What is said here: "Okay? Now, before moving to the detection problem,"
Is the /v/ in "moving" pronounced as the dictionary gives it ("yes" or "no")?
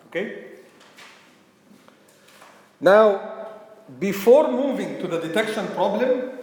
yes